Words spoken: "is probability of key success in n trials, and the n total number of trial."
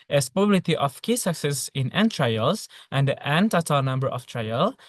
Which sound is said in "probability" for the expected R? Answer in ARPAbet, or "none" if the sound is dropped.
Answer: none